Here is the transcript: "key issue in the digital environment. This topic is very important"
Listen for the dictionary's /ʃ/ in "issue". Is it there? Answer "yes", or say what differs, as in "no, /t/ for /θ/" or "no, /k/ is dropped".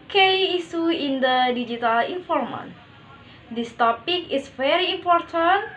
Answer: no, /s/ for /ʃ/